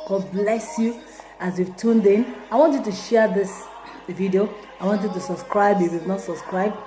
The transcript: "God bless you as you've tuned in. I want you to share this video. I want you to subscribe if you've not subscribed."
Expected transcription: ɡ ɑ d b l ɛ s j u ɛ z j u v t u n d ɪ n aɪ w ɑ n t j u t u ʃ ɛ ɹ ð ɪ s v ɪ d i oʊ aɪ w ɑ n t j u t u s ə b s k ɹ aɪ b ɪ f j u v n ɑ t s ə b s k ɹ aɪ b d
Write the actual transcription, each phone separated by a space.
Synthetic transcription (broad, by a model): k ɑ b l ɛ s j u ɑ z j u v t u n d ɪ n aɪ w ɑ n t j u t u ʃ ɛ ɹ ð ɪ s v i d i oʊ aɪ w ɑ n t j u t u s ə b s k ɹ aɪ b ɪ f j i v n ɑ t s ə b s k ɹ aɪ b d